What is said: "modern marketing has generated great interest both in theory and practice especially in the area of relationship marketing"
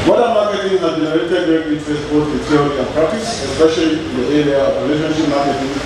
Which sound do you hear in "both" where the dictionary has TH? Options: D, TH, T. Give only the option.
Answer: T